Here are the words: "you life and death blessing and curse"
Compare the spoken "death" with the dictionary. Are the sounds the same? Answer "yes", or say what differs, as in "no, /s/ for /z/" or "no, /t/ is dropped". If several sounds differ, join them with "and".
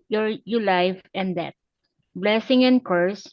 no, /t/ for /θ/